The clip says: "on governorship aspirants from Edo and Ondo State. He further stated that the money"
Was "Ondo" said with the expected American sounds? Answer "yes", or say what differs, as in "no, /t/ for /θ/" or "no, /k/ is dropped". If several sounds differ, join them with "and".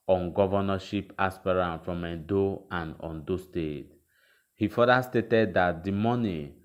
yes